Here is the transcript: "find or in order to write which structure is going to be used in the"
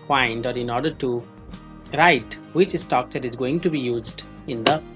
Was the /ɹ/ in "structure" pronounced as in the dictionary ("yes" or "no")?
no